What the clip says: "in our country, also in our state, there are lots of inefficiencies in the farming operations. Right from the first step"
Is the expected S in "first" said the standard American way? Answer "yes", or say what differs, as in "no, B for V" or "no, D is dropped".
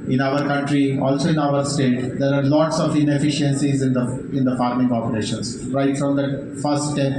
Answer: no, S is dropped